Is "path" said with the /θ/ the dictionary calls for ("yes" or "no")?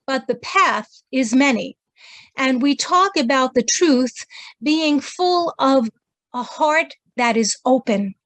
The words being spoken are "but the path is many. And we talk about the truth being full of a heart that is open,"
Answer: yes